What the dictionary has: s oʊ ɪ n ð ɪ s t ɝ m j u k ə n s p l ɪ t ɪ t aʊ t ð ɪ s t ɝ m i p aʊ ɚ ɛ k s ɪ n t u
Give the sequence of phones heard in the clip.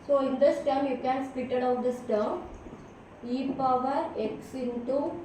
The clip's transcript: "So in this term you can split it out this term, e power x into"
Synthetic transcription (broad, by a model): s oʊ ɪ n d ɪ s t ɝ m j u k ə n s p ɪ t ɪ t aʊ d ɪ s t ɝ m i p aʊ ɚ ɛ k s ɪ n t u